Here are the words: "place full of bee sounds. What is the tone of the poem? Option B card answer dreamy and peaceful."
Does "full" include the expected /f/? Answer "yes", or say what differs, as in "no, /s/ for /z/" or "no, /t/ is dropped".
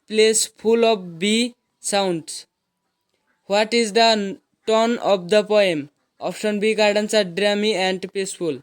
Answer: no, /p/ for /f/